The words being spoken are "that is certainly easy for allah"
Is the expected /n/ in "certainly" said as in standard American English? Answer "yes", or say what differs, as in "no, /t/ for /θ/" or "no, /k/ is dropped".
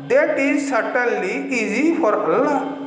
no, /n/ is dropped